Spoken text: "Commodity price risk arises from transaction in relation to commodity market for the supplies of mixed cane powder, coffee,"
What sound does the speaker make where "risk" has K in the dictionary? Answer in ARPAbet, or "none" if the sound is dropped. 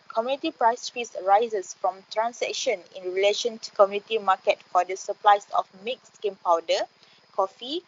none